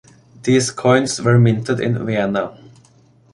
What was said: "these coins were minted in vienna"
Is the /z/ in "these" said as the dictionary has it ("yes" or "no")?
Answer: no